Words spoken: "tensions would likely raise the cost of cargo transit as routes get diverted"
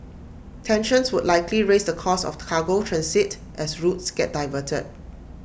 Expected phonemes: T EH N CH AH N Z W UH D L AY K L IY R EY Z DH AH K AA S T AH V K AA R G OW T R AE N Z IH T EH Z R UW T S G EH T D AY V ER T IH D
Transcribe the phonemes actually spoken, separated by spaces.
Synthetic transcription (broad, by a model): T EH N SH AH N S W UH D L AY K L IY R EY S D AH K AA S AH F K AA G OW T R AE N S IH T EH S R UW T S G EH T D AY V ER T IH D